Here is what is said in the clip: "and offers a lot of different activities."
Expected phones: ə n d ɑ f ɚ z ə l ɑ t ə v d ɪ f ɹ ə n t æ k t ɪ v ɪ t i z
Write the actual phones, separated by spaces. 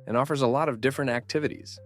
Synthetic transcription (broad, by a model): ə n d ɑ f ɚ z ə l ɑ t ə v d ɪ f ɹ ə n t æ k t ɪ v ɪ t i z